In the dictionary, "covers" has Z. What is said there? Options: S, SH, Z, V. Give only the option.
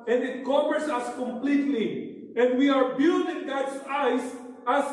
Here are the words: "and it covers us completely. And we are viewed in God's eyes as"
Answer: S